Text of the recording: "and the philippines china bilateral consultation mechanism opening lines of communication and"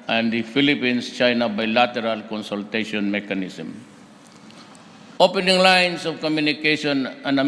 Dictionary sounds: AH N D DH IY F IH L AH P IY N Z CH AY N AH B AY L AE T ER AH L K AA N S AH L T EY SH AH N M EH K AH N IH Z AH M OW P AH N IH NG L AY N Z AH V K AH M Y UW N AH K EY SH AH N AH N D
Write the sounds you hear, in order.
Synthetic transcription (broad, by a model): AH N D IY F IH L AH P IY N S CH AY N AH B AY L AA T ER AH L K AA N S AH L T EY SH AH N M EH K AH N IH S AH M OW P AH N IH NG L AY N S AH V K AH M Y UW N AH K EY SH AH N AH N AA